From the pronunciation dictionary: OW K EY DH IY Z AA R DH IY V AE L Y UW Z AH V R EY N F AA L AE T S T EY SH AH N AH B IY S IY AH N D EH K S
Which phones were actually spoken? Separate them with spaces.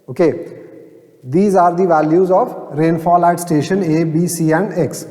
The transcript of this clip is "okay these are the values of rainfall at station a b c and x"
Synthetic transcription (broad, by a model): OW K EY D IY Z AA R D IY V AE L Y UW Z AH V R EY N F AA L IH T S T EY SH AH N AH B IY S IY AH N D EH K S